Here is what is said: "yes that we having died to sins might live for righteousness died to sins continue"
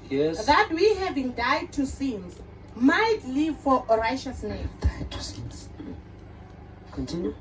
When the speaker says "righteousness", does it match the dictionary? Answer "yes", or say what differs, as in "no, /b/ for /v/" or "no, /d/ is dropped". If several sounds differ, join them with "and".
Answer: no, /ʃ/ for /tʃ/